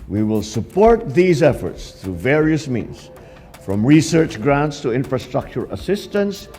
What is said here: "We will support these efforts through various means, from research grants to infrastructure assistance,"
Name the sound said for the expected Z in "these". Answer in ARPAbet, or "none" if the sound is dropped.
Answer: Z